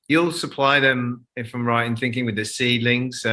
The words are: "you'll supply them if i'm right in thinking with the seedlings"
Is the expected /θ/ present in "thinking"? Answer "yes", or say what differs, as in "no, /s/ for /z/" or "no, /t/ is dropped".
yes